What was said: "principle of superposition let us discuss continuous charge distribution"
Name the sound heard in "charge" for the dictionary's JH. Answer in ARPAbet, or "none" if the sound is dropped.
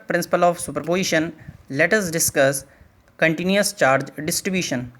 JH